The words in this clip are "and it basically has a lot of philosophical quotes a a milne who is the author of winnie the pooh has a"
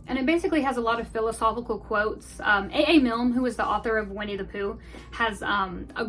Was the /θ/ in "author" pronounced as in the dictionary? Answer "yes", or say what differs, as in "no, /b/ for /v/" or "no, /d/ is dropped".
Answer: yes